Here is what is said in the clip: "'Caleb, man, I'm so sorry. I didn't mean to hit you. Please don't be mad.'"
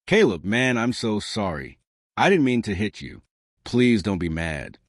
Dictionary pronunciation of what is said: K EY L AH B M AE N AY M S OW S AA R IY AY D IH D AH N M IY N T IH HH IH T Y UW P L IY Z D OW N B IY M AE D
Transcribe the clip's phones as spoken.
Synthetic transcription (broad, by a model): K EY L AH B M AE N AY M S OW S AA R IY AY D IH D N M IY N T IH HH IH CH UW P L IY Z D OW N B IY M AE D